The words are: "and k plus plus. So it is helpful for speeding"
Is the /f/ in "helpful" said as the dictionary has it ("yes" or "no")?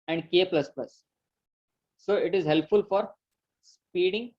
yes